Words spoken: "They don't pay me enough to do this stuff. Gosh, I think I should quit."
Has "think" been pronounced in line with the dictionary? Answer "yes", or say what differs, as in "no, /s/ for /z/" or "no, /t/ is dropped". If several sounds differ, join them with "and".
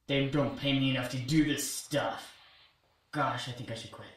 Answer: yes